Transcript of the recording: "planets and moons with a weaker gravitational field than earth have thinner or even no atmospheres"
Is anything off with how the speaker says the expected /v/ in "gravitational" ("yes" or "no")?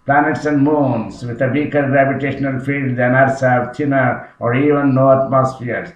yes